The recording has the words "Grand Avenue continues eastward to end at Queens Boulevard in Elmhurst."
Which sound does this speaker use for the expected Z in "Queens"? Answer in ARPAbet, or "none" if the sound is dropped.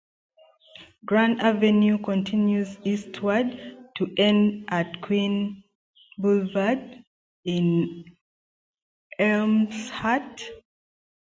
none